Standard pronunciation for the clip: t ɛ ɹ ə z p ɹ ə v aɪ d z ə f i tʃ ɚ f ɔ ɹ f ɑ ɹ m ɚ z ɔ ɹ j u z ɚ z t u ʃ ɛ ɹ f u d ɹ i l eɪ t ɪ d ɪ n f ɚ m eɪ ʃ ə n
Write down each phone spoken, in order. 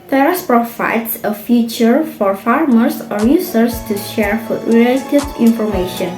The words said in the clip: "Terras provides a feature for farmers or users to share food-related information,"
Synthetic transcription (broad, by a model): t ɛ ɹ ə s p ɹ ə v aɪ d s ə f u tʃ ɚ f ɔ ɹ f ɑ ɹ m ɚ s ɔ ɹ j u s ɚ s t u ʃ ɛ ɹ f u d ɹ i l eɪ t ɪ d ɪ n f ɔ m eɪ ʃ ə n